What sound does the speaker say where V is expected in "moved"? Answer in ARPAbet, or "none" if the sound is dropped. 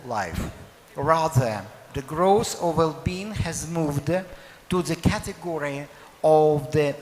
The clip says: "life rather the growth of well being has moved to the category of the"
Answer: V